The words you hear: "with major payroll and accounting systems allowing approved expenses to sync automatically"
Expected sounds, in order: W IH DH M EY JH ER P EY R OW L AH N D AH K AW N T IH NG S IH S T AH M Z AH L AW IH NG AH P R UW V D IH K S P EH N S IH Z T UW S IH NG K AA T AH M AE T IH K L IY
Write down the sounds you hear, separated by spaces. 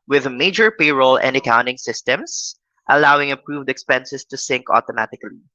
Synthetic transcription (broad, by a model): W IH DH M EY JH ER P EY R OW L AH N D AH K AW N T IH NG S IH S T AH M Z AH L AW IH NG AH P R UW V D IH K S P EH N S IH S T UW S IH NG K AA T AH M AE T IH K L IY